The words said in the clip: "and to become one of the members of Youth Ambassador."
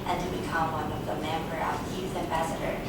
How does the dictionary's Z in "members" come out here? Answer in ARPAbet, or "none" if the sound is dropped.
none